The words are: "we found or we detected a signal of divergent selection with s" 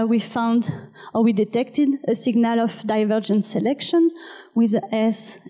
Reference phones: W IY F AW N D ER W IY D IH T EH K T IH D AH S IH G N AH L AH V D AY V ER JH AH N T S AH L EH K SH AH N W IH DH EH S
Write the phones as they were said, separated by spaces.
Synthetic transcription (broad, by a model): W IY F AW N D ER W IY D IH T EH K T IH D AH S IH G N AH L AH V D AY V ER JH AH N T S AH L EH K SH AH N W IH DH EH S